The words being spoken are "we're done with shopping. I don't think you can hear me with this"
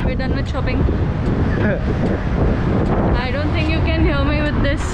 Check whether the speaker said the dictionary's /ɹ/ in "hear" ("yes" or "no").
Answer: no